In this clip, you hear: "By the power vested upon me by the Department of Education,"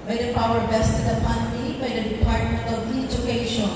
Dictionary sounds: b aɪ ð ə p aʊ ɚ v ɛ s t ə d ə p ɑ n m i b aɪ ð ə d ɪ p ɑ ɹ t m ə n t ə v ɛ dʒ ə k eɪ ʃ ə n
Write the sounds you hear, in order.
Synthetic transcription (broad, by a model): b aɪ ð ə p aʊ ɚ b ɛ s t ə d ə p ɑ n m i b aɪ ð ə d ɪ p ɑ ɹ t m ə n t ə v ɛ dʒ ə k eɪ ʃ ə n